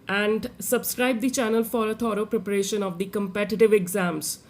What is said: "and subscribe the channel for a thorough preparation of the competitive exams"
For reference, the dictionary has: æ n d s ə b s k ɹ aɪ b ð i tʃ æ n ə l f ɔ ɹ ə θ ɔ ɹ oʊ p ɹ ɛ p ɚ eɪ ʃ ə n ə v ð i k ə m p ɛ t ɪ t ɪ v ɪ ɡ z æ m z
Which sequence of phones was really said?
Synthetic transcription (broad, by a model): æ n d s ə b s k ɹ aɪ b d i tʃ æ n ə l f ɔ ɹ ə t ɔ ɹ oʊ p ɹ ɛ p ɚ eɪ ʃ ə n ə v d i k ə m p ɛ t ɪ t ɪ v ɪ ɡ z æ m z